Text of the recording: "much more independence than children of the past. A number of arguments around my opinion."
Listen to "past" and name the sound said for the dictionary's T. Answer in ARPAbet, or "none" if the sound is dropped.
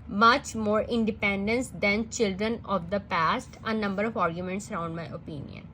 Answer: T